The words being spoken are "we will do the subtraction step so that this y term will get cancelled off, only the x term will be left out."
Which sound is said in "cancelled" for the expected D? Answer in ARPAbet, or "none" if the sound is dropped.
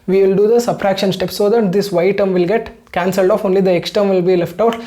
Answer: D